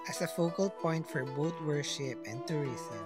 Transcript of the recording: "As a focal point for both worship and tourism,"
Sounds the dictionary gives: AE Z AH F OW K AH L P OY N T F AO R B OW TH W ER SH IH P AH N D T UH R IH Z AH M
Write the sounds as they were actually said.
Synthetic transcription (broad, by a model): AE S AH F OW K AH L P OY N T F AO R B OW T W ER SH IH P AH N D T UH R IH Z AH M